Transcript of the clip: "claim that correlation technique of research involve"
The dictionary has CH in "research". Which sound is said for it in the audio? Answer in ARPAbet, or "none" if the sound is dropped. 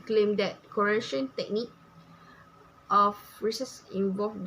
S